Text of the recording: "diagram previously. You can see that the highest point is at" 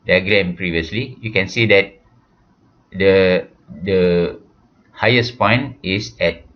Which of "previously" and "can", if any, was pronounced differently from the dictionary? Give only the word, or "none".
none